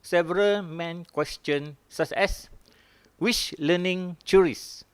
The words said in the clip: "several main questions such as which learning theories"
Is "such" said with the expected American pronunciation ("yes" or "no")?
no